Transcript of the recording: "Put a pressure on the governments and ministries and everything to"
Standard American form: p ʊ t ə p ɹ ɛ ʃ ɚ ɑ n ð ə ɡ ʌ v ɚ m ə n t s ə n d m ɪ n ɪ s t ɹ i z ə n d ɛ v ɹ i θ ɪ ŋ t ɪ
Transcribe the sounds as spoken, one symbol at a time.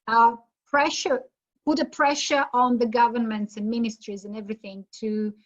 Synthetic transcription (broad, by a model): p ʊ t ə p ɹ ɛ ʃ ɚ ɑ n ð ə ɡ ʌ v ɚ m ə n t s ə n m ɪ n ɪ s t ɹ i z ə n ɛ v ɹ i θ ɪ ŋ t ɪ